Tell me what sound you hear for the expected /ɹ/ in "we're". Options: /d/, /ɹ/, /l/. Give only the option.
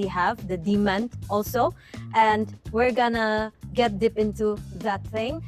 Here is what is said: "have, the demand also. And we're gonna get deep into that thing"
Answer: /ɹ/